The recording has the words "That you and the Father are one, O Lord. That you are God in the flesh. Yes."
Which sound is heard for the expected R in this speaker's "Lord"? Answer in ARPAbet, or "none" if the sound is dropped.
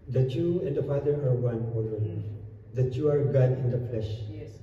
L